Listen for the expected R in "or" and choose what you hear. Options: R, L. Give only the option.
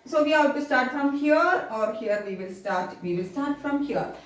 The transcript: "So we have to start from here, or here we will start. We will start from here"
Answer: R